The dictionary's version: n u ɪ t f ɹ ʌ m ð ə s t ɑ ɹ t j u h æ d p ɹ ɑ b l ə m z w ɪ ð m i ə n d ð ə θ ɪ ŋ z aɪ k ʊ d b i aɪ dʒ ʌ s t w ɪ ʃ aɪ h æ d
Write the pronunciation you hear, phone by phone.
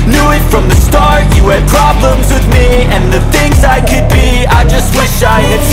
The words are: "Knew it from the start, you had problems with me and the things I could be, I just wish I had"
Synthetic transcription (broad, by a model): n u ɪ t f ɹ ʌ m ð ə s t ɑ ɹ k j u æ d p ɹ ɑ b l ə m z w ɪ ð m i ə n ð ə θ ɪ ŋ z aɪ k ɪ d b i aɪ dʒ ʌ s t w ɪ ʃ aɪ